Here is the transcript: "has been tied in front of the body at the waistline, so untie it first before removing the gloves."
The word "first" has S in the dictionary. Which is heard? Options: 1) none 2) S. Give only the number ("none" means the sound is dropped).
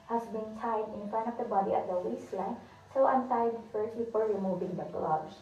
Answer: 1